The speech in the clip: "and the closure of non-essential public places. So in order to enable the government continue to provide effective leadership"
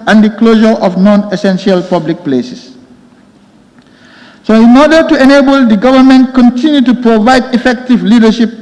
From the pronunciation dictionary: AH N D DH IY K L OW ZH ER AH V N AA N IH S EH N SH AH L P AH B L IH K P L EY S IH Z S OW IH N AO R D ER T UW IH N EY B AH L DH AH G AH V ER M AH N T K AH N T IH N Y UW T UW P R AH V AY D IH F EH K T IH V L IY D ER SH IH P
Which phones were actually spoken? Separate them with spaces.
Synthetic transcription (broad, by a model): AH N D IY K L OW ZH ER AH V N AA N IH S EH N SH AH L P AH B L IH K P L EY S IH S S OW IH N AO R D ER T UW IH N EY B AH L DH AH G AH V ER M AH N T K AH N T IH N Y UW T UW P R AH V AY D IH F EH K T IH V L IY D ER SH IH P